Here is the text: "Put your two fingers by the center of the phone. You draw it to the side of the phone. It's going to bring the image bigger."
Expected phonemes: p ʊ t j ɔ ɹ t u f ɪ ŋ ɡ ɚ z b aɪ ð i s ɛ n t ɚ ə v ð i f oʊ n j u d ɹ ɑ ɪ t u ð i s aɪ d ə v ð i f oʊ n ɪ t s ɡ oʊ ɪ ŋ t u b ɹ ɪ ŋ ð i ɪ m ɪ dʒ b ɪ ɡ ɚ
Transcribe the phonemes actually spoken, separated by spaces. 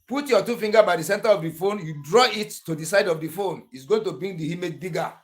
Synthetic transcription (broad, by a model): p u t j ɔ t u f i ŋ ɡ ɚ b aɪ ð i s ɛ n t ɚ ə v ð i f oʊ n j u d ɹ ɑ ɪ t u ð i s aɪ d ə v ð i f oʊ n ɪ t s ɡ oʊ ɪ ŋ t u b ɹ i ŋ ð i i m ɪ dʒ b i ɡ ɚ